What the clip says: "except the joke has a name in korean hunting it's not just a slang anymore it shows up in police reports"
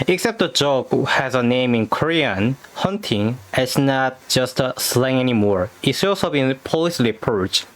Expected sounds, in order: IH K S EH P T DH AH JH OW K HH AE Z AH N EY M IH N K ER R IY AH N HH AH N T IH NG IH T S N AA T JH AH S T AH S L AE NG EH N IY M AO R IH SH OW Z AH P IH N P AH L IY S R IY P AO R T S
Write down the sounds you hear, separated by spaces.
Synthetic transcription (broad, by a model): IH K S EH P T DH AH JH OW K HH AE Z AH N EY M IH N K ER R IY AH N HH AH N T IH NG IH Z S N AA T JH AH S T S L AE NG EH N IY M AO R IH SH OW S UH B IH N P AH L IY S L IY P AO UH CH